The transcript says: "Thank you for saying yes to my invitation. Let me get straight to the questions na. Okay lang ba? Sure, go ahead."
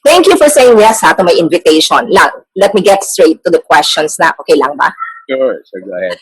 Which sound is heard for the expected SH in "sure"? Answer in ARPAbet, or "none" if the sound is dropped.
S